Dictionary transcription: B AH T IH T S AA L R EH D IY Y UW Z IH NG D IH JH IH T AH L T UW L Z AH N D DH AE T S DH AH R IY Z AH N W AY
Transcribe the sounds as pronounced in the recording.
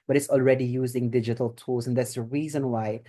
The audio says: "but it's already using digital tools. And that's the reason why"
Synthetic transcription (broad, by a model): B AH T IH T S AA L R EH D IY Y UW Z IH NG D IH JH IH T AH L T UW L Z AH N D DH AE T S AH R IY Z AH N W AY